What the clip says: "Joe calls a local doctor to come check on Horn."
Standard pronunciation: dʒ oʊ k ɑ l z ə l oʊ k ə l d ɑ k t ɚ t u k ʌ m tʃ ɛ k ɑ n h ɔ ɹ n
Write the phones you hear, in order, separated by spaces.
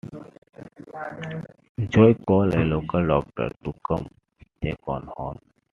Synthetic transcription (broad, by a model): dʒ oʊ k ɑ l ə l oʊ k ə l d ɑ k t ɚ t u k ʌ m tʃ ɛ k ɑ n h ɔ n